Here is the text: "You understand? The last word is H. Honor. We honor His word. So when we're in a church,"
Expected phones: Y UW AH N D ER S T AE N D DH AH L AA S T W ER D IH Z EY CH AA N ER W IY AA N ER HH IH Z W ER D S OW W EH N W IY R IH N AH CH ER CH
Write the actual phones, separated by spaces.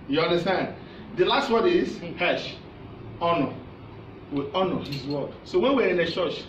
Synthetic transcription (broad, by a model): Y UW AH N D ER S T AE N D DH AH L AA S T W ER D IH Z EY SH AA N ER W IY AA N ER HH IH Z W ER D S OW W EH N W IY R IH N AH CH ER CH